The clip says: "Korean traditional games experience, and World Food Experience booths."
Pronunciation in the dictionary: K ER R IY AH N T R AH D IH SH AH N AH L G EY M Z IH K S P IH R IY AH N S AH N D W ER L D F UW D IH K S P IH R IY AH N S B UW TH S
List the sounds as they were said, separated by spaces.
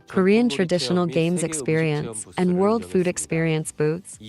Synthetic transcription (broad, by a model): K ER R IY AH N T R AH D IH SH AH N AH L G EY M Z IH K S P IH R IY AH N S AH N W ER L D F UW D IH K S P IH R IY AH N S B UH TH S